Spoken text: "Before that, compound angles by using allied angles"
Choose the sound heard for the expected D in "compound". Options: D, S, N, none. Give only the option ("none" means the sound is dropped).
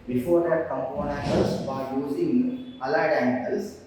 none